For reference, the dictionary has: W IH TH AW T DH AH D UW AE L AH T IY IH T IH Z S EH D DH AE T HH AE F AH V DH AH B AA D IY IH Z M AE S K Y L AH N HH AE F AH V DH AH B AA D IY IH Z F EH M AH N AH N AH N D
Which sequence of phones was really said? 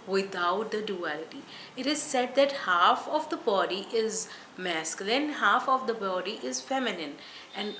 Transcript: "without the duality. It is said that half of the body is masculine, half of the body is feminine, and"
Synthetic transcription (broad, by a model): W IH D AW T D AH D UW AE L AH T IY IH T IH Z S EH D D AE T HH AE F AH V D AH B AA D IY IH Z M AE S K Y L AH N HH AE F AH V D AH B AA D IY IH Z F EH M AH N AH N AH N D